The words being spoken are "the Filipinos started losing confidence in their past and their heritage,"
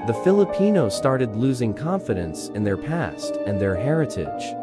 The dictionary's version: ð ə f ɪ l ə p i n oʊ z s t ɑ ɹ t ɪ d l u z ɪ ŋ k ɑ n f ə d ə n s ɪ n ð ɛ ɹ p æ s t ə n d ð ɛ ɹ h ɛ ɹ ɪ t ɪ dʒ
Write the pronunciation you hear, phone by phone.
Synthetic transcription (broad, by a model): ð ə f ɪ l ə p i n oʊ s t ɑ ɹ t ɪ d l u z ɪ ŋ k ɑ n f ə d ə n s ɪ n ð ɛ ɹ p æ s t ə n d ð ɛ ɹ h ɛ ɹ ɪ t ɪ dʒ